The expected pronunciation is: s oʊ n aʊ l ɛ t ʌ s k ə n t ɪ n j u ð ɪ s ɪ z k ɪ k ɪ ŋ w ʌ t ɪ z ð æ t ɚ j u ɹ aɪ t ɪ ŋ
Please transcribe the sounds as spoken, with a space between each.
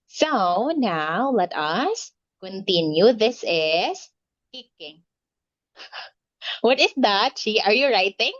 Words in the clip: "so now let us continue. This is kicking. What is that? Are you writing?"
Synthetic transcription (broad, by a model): s oʊ n aʊ l ɛ t ʌ s k ə n t ɪ n j u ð ɪ s ɪ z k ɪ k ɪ ŋ w ʌ t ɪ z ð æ t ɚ j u ɹ aɪ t ɪ ŋ